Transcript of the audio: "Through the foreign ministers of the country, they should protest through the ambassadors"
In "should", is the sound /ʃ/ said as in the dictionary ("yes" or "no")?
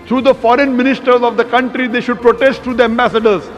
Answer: yes